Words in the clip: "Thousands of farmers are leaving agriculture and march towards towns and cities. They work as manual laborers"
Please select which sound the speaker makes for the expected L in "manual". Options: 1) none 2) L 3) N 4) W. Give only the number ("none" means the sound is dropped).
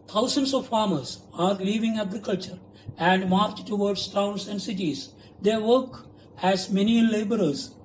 3